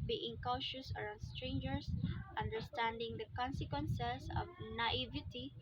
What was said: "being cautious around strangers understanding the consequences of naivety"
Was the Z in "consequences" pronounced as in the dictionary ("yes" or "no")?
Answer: no